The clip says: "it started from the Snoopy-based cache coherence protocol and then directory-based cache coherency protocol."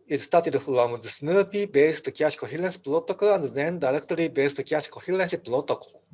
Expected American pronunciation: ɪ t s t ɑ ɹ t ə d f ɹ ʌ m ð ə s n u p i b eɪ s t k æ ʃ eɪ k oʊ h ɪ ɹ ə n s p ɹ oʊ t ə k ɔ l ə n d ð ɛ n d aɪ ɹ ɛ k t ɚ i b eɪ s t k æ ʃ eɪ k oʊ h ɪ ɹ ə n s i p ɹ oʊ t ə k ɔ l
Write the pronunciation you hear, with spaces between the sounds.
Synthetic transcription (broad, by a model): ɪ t s t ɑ t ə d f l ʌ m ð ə s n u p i b eɪ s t k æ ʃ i k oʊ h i l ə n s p l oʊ t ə k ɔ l ə n d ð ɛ n d aɪ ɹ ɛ k t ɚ i b eɪ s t k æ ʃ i k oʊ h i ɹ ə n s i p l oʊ t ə k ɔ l